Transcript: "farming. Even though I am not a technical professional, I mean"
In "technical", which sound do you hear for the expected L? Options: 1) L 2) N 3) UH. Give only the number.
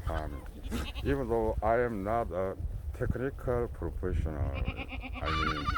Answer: 1